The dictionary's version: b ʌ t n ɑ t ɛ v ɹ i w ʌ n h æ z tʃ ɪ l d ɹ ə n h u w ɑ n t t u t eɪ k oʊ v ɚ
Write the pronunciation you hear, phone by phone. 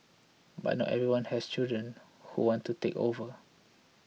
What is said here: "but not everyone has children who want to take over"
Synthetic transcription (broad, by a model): b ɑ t n ɑ t ɛ v ɹ i w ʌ n h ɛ s tʃ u d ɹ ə n h u w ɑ n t t u t eɪ k oʊ v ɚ